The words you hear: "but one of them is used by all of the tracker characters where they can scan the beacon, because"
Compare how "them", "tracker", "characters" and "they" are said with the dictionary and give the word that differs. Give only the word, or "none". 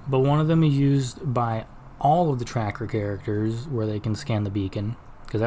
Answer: none